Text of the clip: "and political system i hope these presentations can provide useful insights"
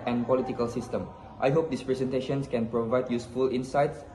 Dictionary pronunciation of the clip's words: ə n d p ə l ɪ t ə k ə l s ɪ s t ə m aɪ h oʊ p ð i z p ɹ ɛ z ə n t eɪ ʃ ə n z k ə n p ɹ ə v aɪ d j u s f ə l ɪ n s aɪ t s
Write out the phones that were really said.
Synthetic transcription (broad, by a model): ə n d p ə l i t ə k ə l s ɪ s t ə m aɪ h oʊ p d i s p ɹ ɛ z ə n t eɪ ʃ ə n s k ə n p ɹ ə v aɪ d j u s f ə l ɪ n s aɪ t s